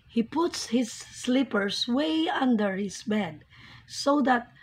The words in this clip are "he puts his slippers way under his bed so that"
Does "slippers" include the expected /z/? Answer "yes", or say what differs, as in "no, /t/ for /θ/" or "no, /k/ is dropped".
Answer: no, /s/ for /z/